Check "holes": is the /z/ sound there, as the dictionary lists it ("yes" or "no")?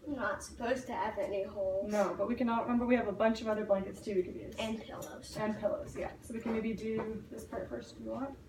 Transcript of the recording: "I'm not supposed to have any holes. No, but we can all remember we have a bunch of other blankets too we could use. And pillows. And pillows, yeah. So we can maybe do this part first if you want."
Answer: no